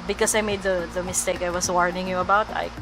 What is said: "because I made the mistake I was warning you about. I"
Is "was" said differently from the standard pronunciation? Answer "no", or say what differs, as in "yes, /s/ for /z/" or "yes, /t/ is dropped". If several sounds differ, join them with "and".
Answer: yes, /s/ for /z/